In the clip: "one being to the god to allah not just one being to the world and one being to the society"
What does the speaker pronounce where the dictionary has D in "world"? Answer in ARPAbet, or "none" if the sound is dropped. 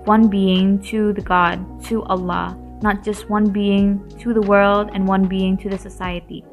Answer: D